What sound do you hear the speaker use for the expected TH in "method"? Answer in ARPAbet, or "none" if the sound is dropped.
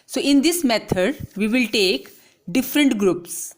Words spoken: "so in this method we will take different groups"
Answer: T